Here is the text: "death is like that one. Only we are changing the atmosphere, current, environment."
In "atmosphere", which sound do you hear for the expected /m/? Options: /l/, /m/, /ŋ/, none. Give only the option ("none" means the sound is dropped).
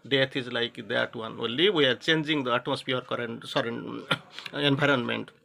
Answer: none